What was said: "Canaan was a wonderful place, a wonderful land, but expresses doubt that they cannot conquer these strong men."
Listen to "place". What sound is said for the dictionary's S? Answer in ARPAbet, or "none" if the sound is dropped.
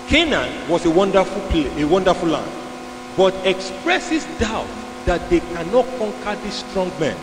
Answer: none